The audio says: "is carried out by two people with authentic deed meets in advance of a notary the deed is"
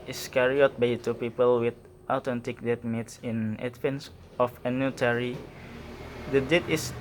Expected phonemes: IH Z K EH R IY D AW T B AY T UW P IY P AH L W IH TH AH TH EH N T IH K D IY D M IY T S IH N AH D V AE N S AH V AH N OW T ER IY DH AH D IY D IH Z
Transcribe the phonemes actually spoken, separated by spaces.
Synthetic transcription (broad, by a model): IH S K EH R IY AO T B AY T UW P IY P AH L W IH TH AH T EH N T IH K D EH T M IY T S IH N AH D F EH N S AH F AH N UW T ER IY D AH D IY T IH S